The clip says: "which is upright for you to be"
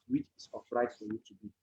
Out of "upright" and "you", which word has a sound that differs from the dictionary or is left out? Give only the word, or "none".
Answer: upright